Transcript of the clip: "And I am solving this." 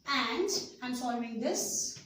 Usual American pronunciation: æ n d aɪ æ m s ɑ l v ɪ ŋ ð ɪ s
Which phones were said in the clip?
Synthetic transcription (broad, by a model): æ n d aɪ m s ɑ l ɪ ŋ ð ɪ s